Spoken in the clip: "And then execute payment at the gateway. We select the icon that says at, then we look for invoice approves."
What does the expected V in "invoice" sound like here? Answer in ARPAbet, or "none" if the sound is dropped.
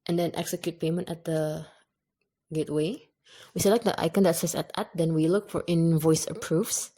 V